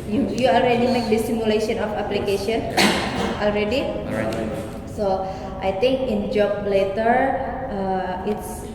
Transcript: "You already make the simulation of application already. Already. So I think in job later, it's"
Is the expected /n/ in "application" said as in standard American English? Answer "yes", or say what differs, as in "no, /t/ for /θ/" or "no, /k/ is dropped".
no, /n/ is dropped